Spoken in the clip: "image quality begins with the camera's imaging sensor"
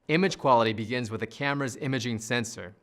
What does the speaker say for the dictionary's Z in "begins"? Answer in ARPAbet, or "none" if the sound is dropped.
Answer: Z